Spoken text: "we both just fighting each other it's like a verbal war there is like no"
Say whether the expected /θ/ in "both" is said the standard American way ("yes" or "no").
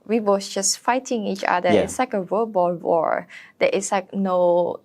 no